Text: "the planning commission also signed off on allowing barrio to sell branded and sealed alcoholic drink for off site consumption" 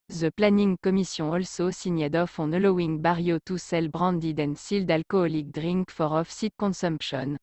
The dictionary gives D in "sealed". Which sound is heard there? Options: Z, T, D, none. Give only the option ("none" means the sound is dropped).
D